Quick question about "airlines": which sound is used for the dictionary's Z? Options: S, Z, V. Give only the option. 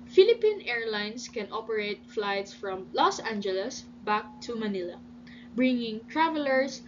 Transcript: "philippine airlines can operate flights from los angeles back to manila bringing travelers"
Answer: S